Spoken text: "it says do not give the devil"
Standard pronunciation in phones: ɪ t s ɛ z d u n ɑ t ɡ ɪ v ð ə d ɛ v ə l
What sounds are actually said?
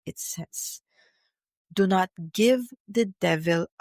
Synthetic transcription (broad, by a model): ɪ t s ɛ s d u n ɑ t ɡ ɪ v ð ə d ɛ v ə l